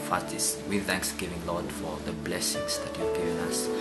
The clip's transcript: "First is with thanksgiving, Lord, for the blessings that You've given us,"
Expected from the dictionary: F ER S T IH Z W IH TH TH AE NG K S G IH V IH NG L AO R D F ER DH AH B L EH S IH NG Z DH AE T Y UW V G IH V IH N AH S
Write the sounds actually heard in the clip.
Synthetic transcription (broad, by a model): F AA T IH S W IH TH TH AE NG K S G IH V IH NG L AO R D F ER DH AH B L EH S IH NG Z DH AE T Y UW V G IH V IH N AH S